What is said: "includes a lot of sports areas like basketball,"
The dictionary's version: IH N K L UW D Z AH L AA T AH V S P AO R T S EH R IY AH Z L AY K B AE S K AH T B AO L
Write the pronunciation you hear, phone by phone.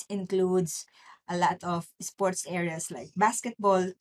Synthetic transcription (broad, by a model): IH N K L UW D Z AH L AA T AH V S P AO R T S EH R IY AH S L AY K B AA S K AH T B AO L